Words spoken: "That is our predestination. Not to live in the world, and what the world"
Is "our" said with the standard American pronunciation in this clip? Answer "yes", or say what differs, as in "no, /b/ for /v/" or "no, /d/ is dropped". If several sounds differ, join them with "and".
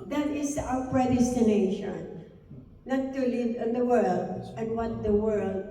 no, /w/ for /ɹ/